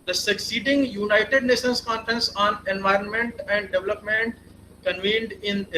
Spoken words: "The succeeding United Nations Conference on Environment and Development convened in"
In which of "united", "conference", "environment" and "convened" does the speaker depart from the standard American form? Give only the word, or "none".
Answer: none